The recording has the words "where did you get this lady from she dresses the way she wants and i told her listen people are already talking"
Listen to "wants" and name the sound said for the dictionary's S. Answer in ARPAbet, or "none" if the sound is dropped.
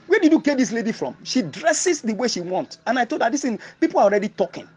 none